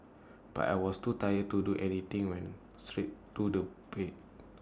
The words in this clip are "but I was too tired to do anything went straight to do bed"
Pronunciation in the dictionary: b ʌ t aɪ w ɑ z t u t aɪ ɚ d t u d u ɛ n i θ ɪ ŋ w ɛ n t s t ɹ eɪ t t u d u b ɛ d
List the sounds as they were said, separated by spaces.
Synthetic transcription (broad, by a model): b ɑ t aɪ w ɑ s t u t aɪ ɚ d t u d u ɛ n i t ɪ ŋ w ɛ n s t ɹ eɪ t t u d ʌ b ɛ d